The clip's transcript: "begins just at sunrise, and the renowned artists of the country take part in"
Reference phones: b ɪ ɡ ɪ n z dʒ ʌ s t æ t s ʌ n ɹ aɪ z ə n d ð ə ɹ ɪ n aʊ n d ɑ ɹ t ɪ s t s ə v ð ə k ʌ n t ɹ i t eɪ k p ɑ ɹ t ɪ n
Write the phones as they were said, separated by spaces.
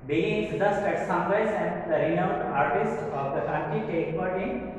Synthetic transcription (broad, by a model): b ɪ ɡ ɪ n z dʒ ʌ s t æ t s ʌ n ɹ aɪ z ə n d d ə ɹ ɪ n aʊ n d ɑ ɹ t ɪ s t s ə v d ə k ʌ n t i t eɪ k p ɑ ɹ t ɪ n